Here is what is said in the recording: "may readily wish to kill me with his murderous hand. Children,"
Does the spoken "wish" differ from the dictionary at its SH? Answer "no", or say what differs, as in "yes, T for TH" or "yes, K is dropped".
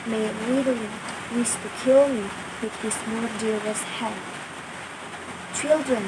yes, S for SH